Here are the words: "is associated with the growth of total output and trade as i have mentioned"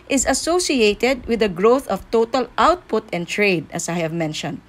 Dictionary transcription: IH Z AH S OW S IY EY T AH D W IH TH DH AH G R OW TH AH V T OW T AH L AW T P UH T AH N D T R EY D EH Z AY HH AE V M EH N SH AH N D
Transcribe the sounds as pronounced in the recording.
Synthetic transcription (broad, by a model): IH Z AH S OW S IY EY T AH D W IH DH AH G R OW TH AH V T OW T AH L AW T P UH T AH N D T R EY D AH S AY HH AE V M EH N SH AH N D